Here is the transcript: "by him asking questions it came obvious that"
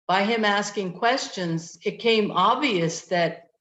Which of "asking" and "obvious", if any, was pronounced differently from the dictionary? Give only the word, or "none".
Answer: none